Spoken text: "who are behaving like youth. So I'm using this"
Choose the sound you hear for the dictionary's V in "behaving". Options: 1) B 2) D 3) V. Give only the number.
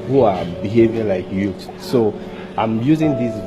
3